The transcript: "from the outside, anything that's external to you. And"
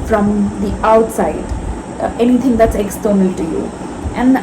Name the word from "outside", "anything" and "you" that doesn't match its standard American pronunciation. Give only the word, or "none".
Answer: anything